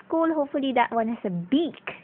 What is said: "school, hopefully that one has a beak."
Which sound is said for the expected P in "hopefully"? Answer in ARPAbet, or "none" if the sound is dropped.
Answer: P